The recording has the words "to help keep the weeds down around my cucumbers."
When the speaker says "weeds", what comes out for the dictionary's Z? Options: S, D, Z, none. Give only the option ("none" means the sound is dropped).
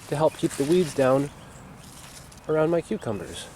Z